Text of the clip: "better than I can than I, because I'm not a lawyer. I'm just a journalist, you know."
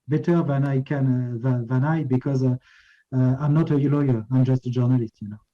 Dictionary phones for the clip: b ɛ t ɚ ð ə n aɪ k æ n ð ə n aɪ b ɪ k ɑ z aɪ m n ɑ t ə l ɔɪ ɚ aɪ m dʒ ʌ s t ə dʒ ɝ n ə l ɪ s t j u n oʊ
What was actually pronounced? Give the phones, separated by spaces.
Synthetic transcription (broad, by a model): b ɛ t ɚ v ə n aɪ k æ n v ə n aɪ b ɪ k ɑ z aɪ m n ɑ t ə l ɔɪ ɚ aɪ m dʒ ʌ s t ə dʒ ɝ n ə l ɪ s t j u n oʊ